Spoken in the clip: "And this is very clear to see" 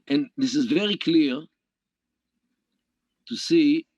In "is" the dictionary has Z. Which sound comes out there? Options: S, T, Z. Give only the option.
Z